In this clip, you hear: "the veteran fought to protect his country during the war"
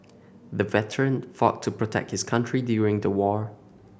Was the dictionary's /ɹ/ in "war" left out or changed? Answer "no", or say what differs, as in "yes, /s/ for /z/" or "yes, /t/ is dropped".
no